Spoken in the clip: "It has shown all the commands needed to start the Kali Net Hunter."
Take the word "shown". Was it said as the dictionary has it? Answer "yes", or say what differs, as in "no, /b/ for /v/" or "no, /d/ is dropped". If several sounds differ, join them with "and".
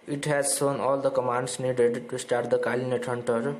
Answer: no, /s/ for /ʃ/